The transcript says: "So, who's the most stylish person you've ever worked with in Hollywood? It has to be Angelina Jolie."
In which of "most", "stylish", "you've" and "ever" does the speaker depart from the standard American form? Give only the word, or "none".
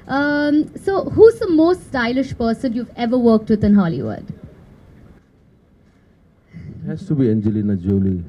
none